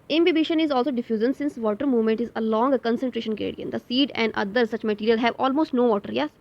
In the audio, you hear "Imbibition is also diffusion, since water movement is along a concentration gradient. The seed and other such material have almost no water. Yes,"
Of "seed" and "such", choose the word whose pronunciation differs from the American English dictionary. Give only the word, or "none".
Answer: none